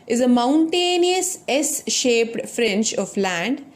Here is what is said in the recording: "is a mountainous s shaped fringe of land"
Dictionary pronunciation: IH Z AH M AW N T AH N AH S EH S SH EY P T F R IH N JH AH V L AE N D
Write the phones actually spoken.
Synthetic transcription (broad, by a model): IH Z AH M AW N T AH N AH S EH S SH EY P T F R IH N CH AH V L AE N D